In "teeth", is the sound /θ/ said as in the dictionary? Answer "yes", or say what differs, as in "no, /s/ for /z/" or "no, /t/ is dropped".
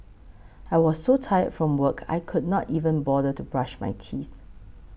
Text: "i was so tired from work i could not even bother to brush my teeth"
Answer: yes